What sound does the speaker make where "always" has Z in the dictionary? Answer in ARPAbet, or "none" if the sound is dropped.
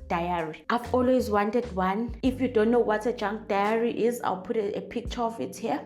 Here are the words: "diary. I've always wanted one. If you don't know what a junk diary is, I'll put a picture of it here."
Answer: Z